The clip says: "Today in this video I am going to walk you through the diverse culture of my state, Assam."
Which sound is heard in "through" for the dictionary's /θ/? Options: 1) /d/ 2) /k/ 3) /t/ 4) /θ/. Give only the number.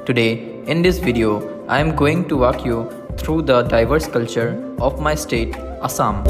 3